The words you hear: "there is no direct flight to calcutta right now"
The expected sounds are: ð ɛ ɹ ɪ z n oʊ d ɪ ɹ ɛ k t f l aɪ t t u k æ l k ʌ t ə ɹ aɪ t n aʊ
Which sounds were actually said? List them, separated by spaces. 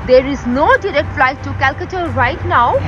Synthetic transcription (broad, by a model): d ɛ ɹ ɪ z n oʊ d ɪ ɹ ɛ t f l aɪ t t u k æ l k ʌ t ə ɹ aɪ t n aʊ